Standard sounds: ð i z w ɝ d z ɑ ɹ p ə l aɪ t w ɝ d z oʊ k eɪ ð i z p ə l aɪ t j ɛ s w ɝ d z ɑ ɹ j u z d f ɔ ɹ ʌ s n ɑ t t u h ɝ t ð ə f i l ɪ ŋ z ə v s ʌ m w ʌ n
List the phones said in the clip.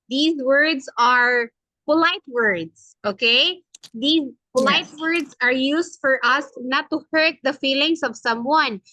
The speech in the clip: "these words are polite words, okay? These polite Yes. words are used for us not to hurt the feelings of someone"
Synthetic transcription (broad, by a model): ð i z w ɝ d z ɑ ɹ p ə l aɪ t w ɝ d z oʊ k eɪ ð i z p ə l aɪ t w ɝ d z ɑ ɹ j u s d f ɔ ɹ ʌ s n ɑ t t u h ɝ t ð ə f i l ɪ ŋ s ə v s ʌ m w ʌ n